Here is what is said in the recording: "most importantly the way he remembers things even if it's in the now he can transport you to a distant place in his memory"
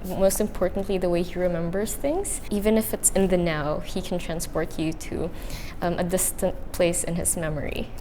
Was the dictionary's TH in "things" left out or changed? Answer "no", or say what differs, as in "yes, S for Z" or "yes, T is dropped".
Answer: no